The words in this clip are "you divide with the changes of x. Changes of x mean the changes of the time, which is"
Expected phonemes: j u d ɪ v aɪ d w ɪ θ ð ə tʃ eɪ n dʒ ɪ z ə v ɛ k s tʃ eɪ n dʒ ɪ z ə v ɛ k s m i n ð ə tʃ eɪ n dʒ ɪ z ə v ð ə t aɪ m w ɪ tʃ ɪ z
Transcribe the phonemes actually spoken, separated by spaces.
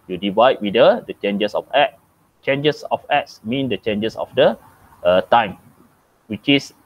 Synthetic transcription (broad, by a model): j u d ɪ v aɪ d w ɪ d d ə tʃ eɪ n dʒ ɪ s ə f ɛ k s tʃ eɪ n dʒ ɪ s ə f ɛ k s m i n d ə tʃ eɪ n dʒ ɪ s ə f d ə t aɪ m w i tʃ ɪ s